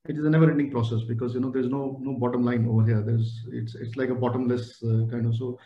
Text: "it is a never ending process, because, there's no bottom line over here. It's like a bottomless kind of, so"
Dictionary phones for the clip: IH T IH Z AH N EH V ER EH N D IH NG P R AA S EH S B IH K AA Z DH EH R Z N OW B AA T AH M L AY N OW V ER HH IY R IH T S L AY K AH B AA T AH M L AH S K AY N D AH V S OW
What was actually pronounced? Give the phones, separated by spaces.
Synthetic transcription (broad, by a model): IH T IH Z AH N EH V ER EH N D IH NG P R AA S EH S B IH K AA Z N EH R Z N OW B AA T AH M L AY N OW V ER HH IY R IH T S L AY K AH B AA T AH M L AH S K AY N D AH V S OW